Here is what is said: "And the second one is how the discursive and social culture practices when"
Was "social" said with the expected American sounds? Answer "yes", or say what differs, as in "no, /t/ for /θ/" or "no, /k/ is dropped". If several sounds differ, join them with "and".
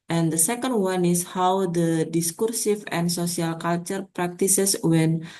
no, /s/ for /ʃ/